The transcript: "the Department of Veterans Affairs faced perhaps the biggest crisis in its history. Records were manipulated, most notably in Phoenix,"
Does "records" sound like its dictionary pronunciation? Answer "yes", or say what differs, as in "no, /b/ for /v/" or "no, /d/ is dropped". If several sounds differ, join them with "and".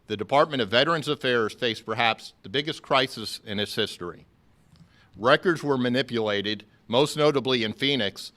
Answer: yes